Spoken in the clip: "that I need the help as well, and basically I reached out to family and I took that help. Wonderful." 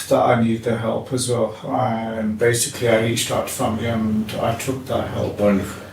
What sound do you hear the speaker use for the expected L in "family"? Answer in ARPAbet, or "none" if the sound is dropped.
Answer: none